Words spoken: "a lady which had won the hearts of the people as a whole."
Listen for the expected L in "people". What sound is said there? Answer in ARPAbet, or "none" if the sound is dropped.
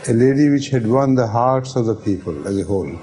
L